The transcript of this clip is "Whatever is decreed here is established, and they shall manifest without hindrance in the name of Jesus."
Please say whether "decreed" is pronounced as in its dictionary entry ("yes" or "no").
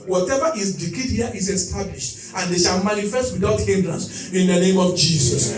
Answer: no